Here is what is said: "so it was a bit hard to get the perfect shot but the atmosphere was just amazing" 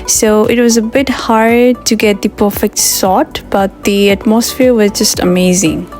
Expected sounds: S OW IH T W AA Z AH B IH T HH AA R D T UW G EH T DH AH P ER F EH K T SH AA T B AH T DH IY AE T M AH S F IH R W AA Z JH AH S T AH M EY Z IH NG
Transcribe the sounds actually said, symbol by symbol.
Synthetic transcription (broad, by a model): S OW IH T W AA Z AH B IH T HH AA R D T UW G EH T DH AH P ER F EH K T S AA T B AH T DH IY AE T M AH S F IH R W AA Z JH AH S T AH M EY Z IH NG